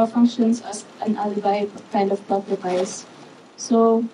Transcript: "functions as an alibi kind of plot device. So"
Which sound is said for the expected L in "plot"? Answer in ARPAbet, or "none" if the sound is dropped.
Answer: none